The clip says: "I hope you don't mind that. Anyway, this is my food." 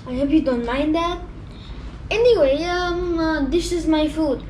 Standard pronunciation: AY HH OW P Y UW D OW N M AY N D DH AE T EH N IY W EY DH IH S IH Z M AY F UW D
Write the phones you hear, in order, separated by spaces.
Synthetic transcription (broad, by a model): AY HH OW P Y UW D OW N M AY N D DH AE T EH N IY W EY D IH SH IH Z M AY F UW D